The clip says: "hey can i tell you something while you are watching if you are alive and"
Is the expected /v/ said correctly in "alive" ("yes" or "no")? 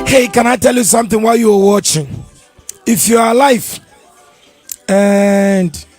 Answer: no